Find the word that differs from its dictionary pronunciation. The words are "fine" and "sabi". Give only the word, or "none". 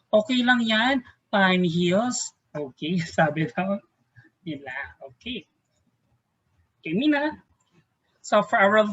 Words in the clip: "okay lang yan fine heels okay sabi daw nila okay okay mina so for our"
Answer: fine